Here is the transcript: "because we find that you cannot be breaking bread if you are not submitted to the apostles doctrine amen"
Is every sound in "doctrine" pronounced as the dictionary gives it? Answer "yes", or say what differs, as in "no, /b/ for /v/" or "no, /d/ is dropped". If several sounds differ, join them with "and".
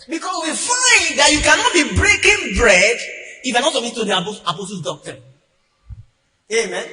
no, /ɹ/ is dropped and /n/ is dropped